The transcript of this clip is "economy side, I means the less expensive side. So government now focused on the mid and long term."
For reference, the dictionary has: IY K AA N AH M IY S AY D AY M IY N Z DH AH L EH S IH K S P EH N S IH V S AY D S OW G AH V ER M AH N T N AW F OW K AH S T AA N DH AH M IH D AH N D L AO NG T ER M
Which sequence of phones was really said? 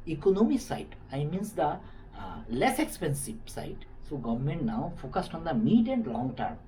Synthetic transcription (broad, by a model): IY K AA N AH M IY S AY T AY M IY N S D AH L EH S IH K S P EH N S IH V S AY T S OW G AH V ER M AH N T N AW F OW K AH S T AA N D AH M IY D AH N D L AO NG T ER M